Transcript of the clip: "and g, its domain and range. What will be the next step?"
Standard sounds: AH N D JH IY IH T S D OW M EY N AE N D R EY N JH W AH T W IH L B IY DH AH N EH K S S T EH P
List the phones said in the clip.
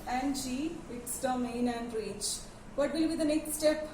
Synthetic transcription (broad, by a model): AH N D JH IY IH T S D OW M EY N AE N D R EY JH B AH T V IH L B IY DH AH N EH K S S T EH P